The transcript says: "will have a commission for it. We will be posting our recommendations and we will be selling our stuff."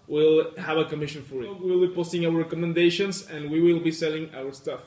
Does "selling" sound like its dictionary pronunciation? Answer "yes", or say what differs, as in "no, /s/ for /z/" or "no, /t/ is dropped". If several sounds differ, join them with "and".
yes